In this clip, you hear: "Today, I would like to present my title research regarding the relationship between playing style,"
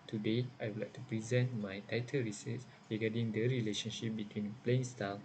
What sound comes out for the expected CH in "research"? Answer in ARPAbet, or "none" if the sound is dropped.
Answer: S